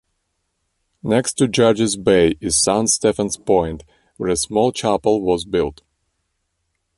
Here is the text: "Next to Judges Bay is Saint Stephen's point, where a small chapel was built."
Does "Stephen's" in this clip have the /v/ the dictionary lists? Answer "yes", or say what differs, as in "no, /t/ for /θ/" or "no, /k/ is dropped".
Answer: no, /f/ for /v/